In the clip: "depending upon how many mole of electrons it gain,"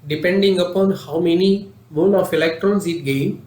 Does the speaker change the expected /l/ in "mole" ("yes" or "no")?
yes